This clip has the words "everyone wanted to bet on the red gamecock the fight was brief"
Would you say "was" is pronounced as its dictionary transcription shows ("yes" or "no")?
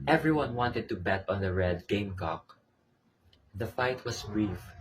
no